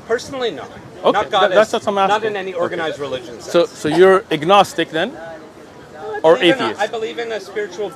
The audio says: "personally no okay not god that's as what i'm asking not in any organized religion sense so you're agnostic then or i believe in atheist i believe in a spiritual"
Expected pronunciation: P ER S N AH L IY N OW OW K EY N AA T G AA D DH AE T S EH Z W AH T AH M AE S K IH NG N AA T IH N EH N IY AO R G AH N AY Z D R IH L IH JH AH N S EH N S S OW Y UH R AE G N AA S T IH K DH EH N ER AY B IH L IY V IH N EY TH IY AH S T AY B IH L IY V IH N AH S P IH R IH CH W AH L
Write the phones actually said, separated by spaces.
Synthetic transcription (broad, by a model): P ER S N L IY N OW OW UH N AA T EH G DH AE T S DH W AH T AH M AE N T IH N EH N IY AO R G AH N AY Z D R IH L IH JH AH N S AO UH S S OW Y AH R AE G N AA S T IH K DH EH N ER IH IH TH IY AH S AY B IH L IY V IH N AH S P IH R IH CH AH L